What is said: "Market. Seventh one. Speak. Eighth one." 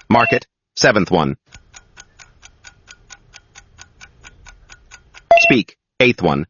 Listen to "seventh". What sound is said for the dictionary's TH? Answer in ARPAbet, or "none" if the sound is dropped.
TH